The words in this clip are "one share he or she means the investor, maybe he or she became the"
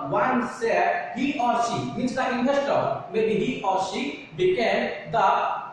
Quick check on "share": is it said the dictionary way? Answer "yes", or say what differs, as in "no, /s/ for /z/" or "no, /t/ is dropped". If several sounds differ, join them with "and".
no, /s/ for /ʃ/